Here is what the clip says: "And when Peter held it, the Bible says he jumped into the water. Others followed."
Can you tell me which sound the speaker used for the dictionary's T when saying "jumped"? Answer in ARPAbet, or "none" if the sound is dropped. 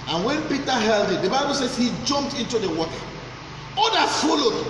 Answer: T